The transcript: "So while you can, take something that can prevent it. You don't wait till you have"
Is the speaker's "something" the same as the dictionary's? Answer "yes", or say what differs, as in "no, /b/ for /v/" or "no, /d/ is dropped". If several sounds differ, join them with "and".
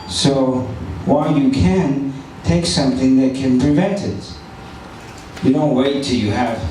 yes